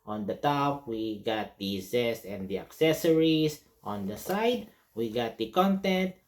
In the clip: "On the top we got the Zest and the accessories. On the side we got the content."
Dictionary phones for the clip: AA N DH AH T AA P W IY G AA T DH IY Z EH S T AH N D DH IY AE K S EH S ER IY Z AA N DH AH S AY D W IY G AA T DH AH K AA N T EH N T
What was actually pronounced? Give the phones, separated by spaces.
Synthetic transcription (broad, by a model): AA N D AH T AA P W IY G AA T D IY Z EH S AH N D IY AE K S EH S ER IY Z AA N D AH S AY D W IY G AA T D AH K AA N T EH N T